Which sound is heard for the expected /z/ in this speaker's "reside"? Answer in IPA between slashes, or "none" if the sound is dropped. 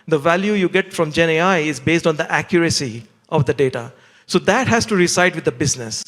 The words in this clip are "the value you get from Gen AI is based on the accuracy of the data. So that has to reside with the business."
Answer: /s/